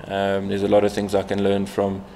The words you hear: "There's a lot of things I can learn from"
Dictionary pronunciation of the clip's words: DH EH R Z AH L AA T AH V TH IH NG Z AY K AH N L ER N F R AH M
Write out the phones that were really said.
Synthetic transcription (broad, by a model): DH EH Z AH L AA T AH V TH IH NG Z AY K AH N L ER N F R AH M